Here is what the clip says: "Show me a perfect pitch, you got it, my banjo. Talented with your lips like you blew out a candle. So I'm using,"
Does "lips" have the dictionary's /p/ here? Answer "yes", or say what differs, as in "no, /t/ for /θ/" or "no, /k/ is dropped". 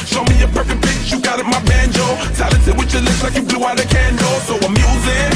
no, /p/ is dropped